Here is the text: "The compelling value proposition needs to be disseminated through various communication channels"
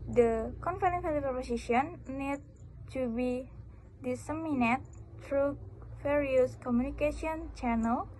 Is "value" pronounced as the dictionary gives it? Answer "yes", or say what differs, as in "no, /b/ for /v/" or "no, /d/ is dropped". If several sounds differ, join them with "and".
no, /f/ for /v/